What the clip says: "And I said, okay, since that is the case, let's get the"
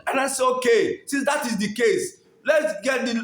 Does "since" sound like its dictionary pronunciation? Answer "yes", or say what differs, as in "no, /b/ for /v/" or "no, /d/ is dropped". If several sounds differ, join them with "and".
no, /n/ is dropped